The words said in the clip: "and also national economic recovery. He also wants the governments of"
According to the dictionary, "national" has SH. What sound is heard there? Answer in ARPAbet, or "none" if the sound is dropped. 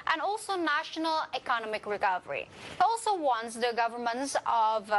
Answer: SH